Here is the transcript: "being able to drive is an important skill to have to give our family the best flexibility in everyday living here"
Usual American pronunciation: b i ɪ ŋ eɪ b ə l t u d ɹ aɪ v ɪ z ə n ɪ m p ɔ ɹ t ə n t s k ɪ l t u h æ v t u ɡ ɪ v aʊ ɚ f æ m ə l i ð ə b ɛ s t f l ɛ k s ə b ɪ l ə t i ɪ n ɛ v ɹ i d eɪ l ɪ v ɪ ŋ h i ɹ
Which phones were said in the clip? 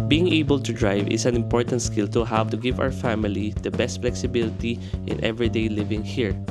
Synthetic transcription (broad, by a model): b i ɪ ŋ eɪ b ə l t u d ɹ aɪ v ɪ s ə n ɪ m p ɔ ɹ t ə n t s k ɪ l t u h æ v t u ɡ ɪ v aʊ ɚ f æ m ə l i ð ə b ɛ s t f l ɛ k s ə b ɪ l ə t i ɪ n ɛ v ɹ i d eɪ l ɪ v ɪ ŋ h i ɹ